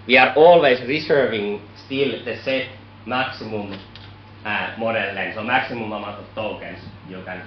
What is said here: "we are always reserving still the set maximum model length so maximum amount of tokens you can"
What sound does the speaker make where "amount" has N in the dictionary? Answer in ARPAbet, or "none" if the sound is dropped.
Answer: none